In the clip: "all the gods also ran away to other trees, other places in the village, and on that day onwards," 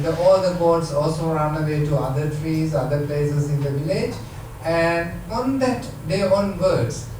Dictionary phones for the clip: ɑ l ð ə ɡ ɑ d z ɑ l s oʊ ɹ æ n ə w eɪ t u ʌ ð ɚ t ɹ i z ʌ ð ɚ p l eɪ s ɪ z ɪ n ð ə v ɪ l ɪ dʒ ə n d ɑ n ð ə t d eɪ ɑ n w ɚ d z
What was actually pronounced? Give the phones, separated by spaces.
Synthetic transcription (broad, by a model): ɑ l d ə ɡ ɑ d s ɑ l s oʊ ɹ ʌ n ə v eɪ t u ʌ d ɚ t ɹ i z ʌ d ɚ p l eɪ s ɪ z ɪ n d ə v ɪ l ɪ dʒ ə n d ɑ n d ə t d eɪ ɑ n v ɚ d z